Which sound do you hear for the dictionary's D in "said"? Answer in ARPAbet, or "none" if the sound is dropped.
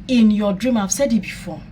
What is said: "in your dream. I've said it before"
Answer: D